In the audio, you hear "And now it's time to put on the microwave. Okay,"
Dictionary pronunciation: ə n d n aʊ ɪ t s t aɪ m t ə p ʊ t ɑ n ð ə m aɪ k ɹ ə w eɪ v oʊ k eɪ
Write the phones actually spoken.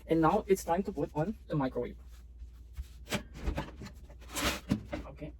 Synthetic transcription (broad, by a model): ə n n aʊ ɪ t s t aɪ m t ə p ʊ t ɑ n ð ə m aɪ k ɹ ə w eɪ p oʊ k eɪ